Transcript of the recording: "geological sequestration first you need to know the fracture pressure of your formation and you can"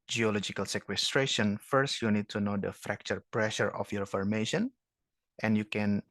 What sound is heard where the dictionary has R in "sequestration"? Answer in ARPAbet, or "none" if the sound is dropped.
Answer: R